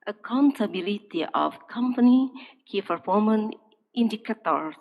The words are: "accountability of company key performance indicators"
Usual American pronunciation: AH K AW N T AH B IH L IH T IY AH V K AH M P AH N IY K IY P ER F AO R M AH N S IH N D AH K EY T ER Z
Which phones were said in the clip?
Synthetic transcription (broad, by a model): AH K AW N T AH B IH L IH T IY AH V K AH M P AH N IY K IY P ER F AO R M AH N IH N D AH K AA T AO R